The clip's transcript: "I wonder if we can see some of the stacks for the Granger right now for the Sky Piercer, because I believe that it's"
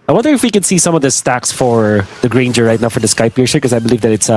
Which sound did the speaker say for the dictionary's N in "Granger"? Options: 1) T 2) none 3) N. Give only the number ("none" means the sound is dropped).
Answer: 3